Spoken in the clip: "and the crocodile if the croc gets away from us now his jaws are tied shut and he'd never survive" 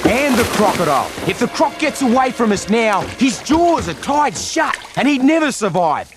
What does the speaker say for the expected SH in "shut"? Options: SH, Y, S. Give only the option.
SH